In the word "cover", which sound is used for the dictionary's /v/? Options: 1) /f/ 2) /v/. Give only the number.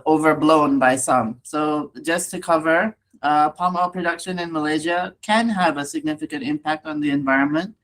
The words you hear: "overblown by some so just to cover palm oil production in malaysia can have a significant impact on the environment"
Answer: 2